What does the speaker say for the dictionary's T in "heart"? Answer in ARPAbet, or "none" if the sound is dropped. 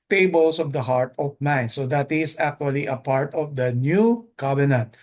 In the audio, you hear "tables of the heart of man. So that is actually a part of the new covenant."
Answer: T